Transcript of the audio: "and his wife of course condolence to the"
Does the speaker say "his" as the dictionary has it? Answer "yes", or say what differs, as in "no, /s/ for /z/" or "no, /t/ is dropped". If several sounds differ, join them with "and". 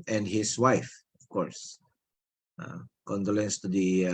no, /s/ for /z/